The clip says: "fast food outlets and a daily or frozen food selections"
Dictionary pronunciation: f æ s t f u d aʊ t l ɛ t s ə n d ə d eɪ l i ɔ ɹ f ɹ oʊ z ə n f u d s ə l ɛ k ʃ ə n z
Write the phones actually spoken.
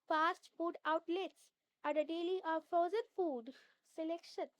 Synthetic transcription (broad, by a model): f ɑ s t f u d aʊ t l ɛ t s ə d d ə d eɪ l i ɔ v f oʊ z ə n f u d s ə l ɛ k ʃ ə n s